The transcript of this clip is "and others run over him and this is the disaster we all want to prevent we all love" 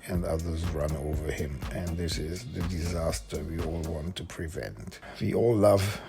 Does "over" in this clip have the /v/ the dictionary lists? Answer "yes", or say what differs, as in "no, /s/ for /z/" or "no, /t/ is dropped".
yes